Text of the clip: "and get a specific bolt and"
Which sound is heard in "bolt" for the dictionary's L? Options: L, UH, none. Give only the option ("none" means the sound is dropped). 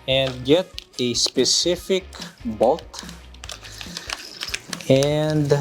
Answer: none